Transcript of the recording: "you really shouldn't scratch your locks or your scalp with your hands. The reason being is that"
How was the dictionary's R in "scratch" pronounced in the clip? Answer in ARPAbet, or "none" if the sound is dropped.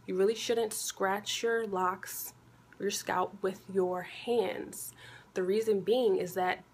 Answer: R